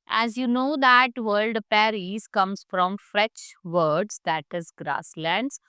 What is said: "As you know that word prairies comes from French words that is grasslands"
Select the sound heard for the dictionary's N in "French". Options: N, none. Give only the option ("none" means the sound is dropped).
none